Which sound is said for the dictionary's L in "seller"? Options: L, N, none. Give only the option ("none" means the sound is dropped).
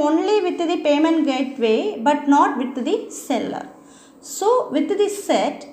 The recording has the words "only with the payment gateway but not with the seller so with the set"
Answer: L